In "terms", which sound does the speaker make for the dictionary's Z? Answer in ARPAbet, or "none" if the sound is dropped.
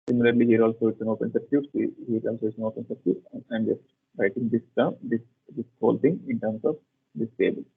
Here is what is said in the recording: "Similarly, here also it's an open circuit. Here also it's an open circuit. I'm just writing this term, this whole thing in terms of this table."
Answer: S